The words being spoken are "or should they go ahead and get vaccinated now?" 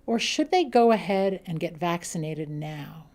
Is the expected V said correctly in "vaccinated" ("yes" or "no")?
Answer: yes